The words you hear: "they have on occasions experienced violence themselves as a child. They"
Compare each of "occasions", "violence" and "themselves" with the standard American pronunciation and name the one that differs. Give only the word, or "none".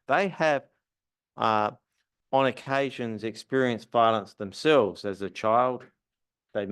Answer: none